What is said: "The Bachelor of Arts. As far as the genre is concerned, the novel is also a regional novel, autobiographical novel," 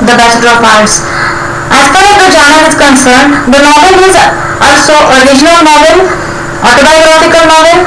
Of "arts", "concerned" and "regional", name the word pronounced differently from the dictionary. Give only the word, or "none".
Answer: arts